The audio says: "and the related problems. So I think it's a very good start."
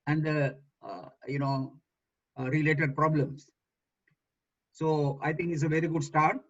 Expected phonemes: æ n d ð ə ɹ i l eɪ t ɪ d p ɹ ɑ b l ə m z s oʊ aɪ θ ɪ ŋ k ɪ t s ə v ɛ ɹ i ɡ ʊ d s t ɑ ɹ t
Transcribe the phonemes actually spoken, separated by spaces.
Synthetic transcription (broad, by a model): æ n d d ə ɹ i l eɪ t ɪ d p ɹ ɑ b l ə m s s oʊ aɪ t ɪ ŋ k ɪ t s ə v ɛ ɹ i ɡ ʊ d s t ɑ ɹ t